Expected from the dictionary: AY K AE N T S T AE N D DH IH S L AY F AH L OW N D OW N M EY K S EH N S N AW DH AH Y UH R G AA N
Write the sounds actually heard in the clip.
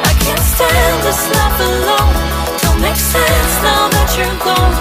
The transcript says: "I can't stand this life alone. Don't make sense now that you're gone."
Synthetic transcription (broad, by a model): AY K AE N T S T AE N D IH S L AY P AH L OW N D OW L M EY K S EH N S N AW DH AH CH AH R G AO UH